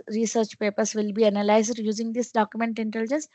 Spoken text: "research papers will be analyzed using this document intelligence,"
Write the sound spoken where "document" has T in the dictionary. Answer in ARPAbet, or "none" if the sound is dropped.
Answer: T